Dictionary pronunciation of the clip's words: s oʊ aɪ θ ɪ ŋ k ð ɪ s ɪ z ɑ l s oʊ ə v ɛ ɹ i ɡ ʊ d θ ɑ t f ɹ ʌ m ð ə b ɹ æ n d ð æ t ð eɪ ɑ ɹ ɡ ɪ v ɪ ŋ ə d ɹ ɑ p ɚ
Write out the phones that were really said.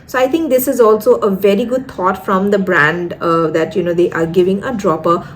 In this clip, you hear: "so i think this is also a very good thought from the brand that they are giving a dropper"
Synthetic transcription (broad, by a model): s oʊ aɪ t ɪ ŋ k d ɪ s ɪ z ɑ l s oʊ ə v ɛ ɹ i ɡ ʊ d t ɑ t f ɹ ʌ m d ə b ɹ æ n d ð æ t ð eɪ ɑ ɹ ɡ ɪ v ɪ ŋ ə d ɹ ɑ p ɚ